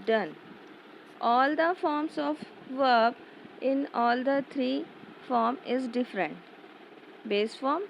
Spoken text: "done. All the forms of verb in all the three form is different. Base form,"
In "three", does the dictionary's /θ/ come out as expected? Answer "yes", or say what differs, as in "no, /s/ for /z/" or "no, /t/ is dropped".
no, /t/ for /θ/